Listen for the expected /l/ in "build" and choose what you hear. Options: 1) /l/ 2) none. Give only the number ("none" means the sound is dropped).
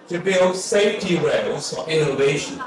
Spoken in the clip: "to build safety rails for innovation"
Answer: 1